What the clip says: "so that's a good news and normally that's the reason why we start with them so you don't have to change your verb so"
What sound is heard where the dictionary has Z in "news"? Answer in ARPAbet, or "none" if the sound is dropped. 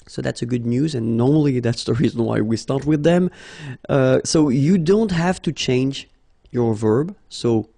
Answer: Z